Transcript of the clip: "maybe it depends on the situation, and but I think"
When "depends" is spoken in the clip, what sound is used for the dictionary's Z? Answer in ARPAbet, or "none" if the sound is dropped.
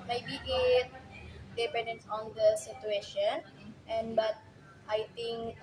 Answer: S